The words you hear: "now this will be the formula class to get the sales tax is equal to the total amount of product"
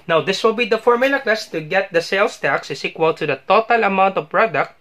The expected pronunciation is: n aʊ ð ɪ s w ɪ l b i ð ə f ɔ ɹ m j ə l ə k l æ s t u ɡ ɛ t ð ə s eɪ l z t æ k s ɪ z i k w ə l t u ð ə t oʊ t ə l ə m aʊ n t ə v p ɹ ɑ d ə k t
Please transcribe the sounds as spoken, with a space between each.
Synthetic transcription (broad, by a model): n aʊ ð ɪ s w ɪ l b i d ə f ɔ ɹ m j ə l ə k l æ s t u ɡ ɛ t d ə s eɪ l s t æ k s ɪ s i k w ə l t u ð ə t oʊ t ə l ə m aʊ n t ə v p ɹ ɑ d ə k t